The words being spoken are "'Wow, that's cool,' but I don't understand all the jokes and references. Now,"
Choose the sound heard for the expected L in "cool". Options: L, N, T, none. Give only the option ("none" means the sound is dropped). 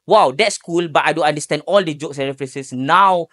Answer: L